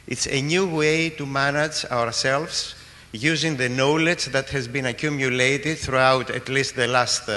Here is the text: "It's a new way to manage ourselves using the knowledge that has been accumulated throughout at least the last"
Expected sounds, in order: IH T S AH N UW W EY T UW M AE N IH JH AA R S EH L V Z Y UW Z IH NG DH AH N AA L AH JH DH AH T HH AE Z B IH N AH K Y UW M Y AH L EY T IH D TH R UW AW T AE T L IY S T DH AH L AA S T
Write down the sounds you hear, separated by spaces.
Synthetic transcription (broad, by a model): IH T S AH N UW W EY T UW M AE N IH JH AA R S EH L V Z Y UW Z IH NG DH AH N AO L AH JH DH AH T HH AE Z B IH N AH K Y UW M Y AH L EY T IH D TH R UW AW T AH T L IY S T DH AH L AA S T